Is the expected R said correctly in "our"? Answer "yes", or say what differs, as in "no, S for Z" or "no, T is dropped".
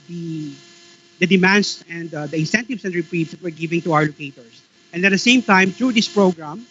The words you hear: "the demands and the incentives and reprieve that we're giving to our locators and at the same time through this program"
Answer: no, W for R